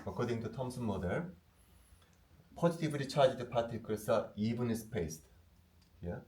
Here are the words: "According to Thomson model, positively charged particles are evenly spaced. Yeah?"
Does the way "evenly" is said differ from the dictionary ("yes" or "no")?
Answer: yes